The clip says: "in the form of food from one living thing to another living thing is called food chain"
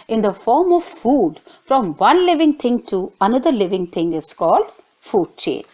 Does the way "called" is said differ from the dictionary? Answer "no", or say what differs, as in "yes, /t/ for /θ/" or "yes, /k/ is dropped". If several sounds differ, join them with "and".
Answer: no